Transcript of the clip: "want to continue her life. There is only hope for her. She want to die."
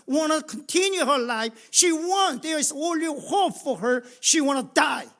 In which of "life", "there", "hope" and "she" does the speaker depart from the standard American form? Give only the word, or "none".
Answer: there